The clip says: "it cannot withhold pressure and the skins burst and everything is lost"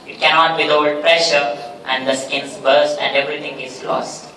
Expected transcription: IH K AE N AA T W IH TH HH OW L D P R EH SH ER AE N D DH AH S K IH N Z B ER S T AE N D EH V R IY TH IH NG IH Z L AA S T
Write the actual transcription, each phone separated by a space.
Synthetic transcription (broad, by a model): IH K AE N AA T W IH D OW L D P R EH SH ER AE N D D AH S K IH N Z B ER S T AE N D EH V R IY T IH NG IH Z L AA S T